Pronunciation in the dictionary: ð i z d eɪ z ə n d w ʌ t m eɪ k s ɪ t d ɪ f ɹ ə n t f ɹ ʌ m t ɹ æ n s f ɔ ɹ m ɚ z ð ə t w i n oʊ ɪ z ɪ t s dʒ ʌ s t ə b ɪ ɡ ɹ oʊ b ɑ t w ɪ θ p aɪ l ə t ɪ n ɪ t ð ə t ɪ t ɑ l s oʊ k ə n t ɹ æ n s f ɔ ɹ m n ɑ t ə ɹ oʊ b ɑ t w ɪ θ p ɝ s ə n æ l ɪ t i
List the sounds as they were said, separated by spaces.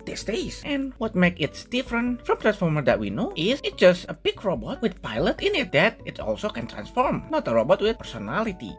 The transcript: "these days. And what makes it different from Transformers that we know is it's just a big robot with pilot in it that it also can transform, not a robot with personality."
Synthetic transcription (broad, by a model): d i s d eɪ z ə n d w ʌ t m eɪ k ɪ t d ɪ f ɹ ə n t f ɹ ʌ m t ɹ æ n s f ɔ ɹ m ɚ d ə t w i n oʊ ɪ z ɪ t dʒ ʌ s t ə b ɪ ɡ ɹ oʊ b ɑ t w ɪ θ p aɪ l ə t ɪ n ɪ t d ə t ɪ t ɑ l s oʊ k ə n t ɹ æ n s f ɔ ɹ m n ɑ t ə ɹ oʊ b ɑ t w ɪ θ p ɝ s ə n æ l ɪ t i